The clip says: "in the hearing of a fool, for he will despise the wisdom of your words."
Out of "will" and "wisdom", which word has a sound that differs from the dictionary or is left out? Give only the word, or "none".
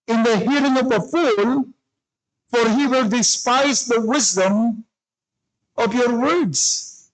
none